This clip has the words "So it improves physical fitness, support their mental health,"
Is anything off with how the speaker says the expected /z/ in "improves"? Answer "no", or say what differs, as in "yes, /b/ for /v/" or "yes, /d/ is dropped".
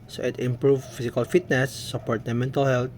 yes, /z/ is dropped